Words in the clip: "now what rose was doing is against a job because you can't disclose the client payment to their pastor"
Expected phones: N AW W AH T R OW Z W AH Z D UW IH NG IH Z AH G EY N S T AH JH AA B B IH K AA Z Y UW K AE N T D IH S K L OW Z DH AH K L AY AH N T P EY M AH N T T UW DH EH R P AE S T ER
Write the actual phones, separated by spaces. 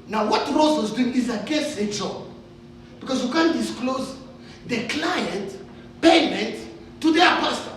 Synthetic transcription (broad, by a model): N AW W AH T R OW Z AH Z D UW IH NG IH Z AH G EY S AH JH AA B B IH K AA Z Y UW K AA N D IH S K L OW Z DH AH K L AY AH N T P EY M AH N T T UW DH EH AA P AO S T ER